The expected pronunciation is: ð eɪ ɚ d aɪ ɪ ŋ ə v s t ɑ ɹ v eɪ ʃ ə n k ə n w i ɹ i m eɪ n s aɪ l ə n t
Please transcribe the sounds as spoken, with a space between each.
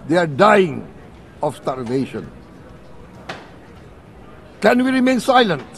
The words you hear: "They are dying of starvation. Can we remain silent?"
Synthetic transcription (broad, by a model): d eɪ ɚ d aɪ ɪ ŋ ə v s t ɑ l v eɪ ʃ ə n k ə n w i ɹ i m eɪ n s aɪ l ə n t